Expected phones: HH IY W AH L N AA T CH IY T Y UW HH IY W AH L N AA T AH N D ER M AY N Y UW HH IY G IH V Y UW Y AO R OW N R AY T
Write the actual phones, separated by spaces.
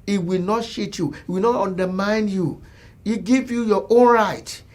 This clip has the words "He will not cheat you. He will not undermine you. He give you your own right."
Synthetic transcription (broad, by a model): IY W AH L N AA T SH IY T Y UW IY W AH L N AA T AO N D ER M AY N Y UW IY G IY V Y UW Y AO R OW N R AY T